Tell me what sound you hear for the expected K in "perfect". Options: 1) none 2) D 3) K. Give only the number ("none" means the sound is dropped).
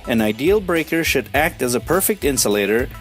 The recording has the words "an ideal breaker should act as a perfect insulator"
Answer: 3